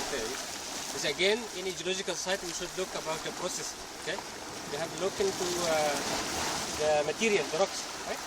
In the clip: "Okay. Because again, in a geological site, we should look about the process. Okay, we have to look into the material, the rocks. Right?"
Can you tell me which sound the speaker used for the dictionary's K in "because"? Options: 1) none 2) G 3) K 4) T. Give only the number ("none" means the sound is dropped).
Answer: 1